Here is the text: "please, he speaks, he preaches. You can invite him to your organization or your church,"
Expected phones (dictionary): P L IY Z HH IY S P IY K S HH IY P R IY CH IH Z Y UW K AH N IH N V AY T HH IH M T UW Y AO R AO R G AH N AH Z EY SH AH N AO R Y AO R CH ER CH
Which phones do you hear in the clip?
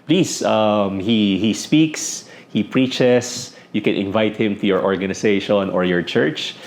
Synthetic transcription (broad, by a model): P L IY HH HH IY S P IY K S HH IY P R IY CH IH S Y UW K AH N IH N V AY T HH IH M T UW Y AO R AO R G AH N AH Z EY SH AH N AO R Y AO R CH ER CH